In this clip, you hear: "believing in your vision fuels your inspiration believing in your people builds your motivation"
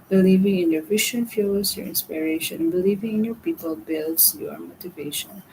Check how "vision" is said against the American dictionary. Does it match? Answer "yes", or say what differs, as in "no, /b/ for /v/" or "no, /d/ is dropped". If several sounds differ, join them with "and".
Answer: no, /ʃ/ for /ʒ/